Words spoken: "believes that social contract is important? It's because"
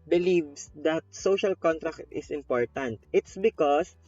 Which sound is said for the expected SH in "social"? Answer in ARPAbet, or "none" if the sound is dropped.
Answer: SH